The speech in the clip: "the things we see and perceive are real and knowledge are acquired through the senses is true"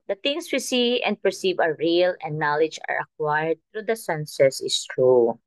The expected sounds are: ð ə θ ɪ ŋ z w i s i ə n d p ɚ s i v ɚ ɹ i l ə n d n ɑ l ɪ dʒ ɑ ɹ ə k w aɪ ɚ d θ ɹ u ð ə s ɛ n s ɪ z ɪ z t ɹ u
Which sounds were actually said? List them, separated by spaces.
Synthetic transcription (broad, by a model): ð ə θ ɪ ŋ s w i s i ə n d p ɚ s i v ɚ ɹ i l ə n d n ɑ l ɪ dʒ ɑ ɹ ə k w aɪ ɚ d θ ɹ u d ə s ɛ n s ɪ s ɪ s t ɹ u